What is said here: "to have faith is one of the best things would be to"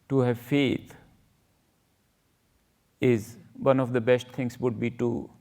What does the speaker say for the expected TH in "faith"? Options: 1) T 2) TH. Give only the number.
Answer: 1